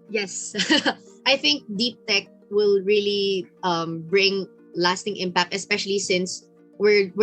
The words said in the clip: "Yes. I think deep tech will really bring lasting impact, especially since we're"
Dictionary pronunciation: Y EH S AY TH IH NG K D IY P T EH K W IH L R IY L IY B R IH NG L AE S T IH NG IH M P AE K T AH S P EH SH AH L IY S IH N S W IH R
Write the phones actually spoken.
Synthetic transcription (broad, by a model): Y EH S AY TH IH NG K D IY P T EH K W IH L R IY L IY B R IH NG L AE S T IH NG IH M P AE K T AH S P EH SH AH L IY S IH N S W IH R